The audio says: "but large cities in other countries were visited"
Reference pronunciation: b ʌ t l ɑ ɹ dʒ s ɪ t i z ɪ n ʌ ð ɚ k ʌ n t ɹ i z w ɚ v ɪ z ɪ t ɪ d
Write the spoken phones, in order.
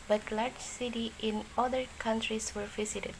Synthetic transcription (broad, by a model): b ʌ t l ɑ ɹ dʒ s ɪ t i ɪ n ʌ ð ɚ k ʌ n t ɹ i s w ɚ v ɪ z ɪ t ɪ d